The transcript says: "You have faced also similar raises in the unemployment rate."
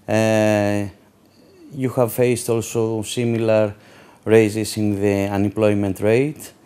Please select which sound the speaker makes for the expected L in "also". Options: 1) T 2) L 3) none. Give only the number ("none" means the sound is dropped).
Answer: 2